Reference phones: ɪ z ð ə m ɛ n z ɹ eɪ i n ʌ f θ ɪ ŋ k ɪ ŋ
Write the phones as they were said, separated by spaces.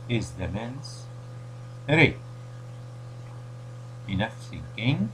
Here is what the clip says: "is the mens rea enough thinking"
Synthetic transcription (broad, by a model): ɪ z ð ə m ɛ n s ɹ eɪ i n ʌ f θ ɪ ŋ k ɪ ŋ